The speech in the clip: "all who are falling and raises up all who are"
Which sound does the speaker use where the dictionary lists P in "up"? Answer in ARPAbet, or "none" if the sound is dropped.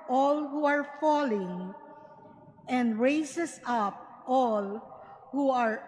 P